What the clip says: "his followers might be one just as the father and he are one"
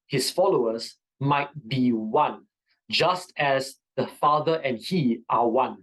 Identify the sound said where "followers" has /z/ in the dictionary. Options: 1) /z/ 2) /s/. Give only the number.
2